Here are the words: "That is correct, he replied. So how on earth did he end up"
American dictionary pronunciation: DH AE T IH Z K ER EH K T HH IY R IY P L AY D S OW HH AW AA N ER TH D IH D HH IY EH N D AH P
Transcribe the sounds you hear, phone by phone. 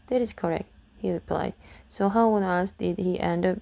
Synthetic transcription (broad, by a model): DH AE T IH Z K ER EH K T HH IY R IY P L AY D S OW HH AW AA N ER S D IH D HH IY EH N D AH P